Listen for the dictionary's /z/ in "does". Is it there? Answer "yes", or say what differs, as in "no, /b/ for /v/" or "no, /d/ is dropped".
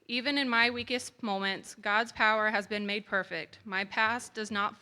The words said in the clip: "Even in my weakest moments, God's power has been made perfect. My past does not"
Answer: yes